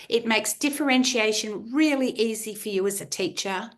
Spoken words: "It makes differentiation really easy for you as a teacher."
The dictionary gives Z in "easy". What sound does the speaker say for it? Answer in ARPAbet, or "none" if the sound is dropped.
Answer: Z